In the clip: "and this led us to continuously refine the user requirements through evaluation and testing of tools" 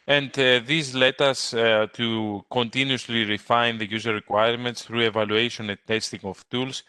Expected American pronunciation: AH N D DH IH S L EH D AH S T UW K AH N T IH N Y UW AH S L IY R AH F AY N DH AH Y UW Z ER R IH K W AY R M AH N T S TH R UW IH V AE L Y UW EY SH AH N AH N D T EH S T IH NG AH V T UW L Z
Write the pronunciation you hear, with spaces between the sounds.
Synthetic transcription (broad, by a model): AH N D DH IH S L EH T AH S T UW K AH N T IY N Y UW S L IY R AH F AY N DH AH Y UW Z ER R IH K W AY R M AH N T S TH R UW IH V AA L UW EY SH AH N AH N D T EH S T IH NG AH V T UW L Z